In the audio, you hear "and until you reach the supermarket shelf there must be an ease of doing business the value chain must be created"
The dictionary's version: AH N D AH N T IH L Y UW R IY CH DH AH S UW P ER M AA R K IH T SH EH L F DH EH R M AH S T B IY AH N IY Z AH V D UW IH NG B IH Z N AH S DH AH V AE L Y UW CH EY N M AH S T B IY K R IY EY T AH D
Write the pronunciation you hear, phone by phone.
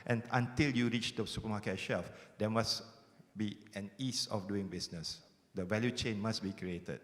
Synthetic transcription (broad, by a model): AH N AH N T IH L Y UW R IY CH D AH S UW P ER M AA K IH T SH EH L F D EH M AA S B IY AH N IY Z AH F D UW IH NG B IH S N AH S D AH V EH L Y UW CH EY N M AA S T B IY K R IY EY T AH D